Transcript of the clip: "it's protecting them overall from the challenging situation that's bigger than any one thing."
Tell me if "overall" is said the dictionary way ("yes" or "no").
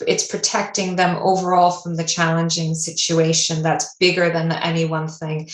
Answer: yes